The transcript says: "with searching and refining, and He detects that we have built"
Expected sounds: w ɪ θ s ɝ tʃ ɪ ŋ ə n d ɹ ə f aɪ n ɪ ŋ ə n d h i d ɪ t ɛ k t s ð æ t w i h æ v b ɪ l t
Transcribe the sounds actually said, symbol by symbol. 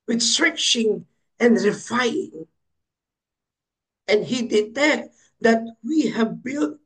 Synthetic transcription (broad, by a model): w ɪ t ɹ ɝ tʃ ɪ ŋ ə n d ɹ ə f aɪ ɪ ŋ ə n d h i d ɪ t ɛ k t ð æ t w i h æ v b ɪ l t